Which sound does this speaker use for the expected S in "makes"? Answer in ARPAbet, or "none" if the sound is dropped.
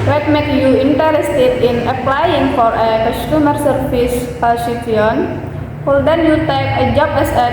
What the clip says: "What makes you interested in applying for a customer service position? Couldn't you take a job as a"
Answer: none